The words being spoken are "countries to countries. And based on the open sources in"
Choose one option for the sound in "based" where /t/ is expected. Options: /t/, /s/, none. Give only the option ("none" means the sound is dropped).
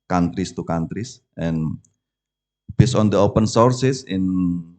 none